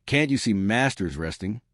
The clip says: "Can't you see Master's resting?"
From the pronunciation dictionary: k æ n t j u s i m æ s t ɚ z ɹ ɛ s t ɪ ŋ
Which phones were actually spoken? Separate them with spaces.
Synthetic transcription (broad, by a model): k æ n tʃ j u s i m æ s t ɚ z ɹ ɛ s t ɪ ŋ